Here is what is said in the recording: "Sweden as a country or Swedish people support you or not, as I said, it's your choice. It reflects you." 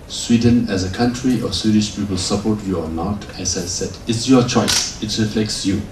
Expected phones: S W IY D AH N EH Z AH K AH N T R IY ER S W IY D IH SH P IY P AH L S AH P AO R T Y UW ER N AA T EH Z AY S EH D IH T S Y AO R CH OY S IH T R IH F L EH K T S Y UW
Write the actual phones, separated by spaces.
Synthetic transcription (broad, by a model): S W IY D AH N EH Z AH K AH N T R IY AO S W IY D IH SH P IY P AH L S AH P AO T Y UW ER N AA T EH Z AY S EH D IH T S Y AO CH OY S IH T R IH F L EH K T S Y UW